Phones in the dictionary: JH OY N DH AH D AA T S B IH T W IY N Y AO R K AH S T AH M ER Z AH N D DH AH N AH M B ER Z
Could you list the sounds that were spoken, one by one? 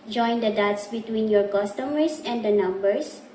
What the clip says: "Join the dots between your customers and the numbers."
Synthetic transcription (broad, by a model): JH OY N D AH D AA T S B IH T W IY N Y AO R K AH S T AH M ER S AH N D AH N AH M B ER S